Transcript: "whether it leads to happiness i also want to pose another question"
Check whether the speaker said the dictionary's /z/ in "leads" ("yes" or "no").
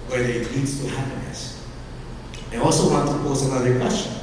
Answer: no